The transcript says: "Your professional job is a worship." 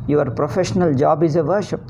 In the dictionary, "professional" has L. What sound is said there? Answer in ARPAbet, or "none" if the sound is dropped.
L